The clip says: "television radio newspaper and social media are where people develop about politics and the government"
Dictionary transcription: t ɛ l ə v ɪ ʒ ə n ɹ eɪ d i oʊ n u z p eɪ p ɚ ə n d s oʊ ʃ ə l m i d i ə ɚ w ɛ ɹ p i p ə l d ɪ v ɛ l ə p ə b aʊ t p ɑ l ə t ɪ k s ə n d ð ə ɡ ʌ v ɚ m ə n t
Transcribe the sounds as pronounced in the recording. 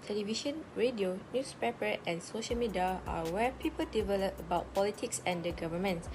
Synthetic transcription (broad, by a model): t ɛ l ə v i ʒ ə n ɹ eɪ d i oʊ n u s p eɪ p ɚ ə n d s oʊ ʃ ə l m i d i ə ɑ w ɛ p i p ə l d ɪ v ɛ l ə p ə b aʊ t p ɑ l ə t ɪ k s ə n d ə ɡ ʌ v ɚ m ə n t